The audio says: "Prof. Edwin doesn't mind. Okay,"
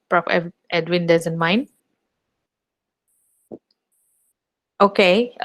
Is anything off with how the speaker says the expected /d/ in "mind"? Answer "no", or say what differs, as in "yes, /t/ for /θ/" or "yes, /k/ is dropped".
yes, /d/ is dropped